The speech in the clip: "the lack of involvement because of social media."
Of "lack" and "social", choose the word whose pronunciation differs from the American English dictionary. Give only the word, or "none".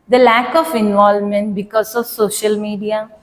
none